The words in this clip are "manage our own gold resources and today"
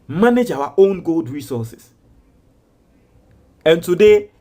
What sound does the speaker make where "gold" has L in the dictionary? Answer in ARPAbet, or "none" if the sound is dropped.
L